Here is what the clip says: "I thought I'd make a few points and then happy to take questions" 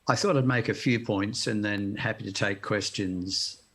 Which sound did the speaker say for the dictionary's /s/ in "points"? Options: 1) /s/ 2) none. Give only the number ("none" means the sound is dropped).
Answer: 1